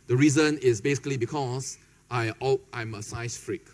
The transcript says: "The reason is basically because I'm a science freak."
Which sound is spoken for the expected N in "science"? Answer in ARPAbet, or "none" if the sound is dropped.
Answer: none